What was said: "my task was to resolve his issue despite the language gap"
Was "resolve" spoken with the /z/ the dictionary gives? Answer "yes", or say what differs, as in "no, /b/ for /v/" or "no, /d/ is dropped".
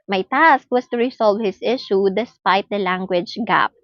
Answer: no, /s/ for /z/